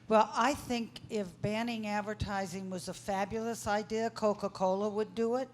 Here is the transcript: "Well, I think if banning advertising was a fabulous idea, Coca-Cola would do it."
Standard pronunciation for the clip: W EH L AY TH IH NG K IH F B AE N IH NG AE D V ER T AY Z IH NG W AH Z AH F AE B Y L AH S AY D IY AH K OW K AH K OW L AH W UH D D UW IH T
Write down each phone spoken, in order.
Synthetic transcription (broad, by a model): W EH L AY TH IH NG K IH F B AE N IH NG AE D V ER T AY Z IH NG W AH Z AH F AE B Y L AH S AY D IY AH K OW K AH K OW L AH W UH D D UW IH T